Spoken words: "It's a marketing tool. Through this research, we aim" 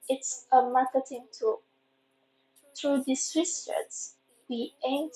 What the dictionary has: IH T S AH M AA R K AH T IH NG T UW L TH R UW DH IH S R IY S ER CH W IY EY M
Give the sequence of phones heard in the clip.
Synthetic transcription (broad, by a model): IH T S AH M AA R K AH T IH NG T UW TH R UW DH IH S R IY S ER S W IY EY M